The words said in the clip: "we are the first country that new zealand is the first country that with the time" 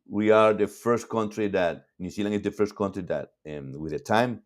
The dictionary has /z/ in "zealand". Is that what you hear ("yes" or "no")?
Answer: no